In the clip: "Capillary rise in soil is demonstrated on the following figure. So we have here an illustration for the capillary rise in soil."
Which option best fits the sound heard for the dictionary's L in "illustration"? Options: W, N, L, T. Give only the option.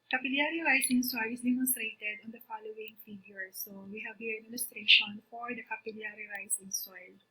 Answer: N